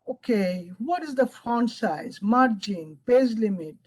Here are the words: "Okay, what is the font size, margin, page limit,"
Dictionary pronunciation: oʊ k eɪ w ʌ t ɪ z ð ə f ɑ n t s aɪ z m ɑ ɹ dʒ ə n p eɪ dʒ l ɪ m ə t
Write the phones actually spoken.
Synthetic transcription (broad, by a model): oʊ k eɪ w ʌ t ɪ z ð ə f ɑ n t s aɪ z m ɑ ɹ dʒ ə n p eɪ z l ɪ m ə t